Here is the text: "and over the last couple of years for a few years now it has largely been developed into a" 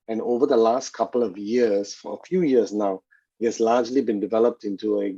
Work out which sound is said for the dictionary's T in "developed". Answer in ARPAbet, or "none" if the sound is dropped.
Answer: T